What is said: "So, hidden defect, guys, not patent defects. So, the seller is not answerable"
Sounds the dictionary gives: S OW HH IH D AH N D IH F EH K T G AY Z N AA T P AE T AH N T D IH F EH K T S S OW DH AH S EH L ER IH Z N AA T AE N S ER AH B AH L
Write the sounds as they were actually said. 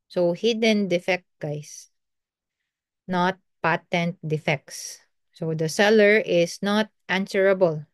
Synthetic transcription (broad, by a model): S OW HH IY D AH N D IH F EH K T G AY S N AA T P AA T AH N T D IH F EH K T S S OW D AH S EH L ER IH S N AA T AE N S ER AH B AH L